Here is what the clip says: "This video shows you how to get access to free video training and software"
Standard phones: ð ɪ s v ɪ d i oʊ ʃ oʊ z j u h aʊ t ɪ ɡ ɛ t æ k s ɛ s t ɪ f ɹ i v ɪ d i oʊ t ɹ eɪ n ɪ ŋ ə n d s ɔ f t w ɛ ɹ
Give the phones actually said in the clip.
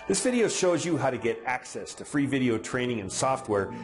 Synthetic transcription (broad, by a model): ð ɪ s v ɪ d i oʊ ʃ oʊ z j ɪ h aʊ t ɪ ɡ ɛ t æ k s ɛ s t ɪ f ɹ i v ɪ d i oʊ t ɹ eɪ n ɪ ŋ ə n s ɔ f t w ɛ ɹ